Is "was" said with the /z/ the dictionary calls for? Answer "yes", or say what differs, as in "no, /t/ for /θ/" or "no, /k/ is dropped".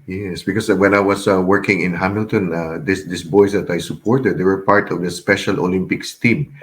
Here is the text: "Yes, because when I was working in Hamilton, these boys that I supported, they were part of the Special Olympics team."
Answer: no, /s/ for /z/